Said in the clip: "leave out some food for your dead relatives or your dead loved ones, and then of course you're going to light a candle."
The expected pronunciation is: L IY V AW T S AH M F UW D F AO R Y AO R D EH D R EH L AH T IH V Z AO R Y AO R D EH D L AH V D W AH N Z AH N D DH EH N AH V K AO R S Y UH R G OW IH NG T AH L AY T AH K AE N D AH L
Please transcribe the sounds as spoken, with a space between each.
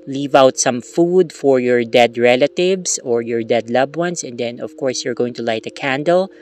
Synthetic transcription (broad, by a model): L IY V AW T S AH M F UW D F AO R Y AO R D EH D R EH L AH T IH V S AO R Y AO R D EH D L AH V W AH N S AH N D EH N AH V K AO R S Y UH R G OW IH NG T AH L AY T AH K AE N D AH L